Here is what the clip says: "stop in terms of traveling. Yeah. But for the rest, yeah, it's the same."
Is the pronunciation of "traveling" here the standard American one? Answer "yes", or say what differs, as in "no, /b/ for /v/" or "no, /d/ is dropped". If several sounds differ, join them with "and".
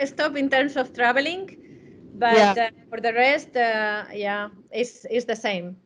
no, /b/ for /v/